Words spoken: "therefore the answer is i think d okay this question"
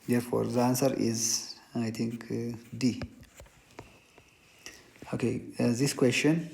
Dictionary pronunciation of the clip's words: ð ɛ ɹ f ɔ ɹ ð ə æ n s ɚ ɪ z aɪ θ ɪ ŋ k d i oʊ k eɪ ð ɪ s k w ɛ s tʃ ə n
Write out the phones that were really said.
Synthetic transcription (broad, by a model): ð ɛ ɹ f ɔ ɹ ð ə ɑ n s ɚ ɪ z aɪ t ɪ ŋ k d i oʊ k eɪ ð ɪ s k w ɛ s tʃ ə n